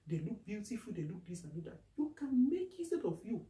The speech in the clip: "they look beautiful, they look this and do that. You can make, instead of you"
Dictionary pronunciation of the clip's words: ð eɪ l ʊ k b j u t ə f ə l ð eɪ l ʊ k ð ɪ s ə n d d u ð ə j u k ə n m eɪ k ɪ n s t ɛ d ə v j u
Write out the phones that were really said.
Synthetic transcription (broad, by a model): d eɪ l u k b j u t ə f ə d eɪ l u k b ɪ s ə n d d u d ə j u k ə n m eɪ k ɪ s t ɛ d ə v j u